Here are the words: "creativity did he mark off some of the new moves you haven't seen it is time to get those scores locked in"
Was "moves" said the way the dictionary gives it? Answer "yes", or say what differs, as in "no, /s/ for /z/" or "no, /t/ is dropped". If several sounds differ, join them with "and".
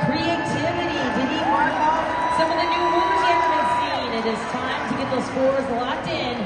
no, /v/ is dropped